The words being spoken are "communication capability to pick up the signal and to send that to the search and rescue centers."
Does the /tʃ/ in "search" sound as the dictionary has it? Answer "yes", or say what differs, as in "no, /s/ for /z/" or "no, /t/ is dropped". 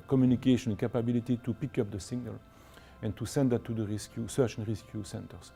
no, /s/ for /tʃ/